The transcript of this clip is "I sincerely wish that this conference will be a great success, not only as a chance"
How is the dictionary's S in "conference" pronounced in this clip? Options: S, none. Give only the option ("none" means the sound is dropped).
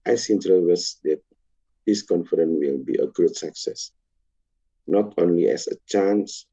none